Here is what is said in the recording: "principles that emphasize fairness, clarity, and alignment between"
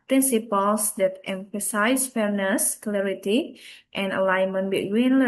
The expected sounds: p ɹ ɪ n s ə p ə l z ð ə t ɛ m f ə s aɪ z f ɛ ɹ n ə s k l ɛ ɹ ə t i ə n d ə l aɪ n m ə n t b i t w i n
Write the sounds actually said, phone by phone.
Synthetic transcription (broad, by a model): p ɹ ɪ n s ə p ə l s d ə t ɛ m f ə s aɪ s f ɛ ɹ n ə s k l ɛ ɹ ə t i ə n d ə l aɪ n m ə n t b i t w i n